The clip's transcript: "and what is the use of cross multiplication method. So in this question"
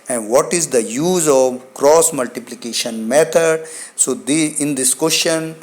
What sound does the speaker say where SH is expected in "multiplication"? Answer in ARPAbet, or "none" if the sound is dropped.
SH